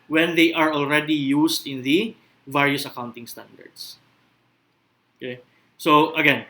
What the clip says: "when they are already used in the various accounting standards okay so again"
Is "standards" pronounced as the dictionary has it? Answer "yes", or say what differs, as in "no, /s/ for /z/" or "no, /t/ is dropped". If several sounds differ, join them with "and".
no, /s/ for /z/